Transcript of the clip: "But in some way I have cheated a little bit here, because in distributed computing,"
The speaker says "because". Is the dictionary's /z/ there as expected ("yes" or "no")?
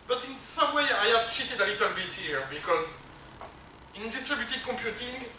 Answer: yes